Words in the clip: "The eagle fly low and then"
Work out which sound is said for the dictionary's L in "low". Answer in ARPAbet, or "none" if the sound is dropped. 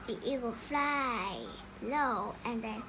L